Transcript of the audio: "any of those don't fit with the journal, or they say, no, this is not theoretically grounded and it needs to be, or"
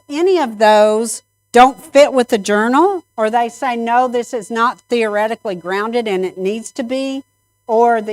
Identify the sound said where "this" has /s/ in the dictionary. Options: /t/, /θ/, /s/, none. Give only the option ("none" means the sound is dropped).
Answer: /s/